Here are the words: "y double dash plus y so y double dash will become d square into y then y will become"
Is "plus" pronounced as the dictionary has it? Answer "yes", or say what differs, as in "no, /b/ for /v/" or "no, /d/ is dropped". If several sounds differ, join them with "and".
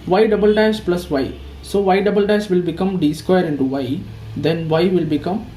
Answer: yes